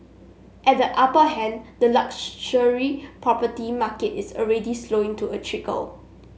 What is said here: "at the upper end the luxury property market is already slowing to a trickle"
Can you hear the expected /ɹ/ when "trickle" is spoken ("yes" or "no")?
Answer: yes